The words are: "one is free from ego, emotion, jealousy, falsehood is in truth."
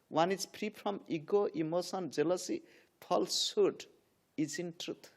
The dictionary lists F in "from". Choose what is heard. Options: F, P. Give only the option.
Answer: P